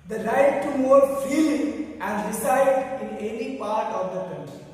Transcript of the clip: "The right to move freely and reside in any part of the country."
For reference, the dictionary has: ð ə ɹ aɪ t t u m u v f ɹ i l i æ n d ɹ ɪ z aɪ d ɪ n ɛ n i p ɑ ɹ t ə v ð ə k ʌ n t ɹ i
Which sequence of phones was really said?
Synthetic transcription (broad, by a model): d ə ɹ aɪ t t u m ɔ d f i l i æ n d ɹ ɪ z aɪ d ɪ n ɛ n i p ɑ ɹ t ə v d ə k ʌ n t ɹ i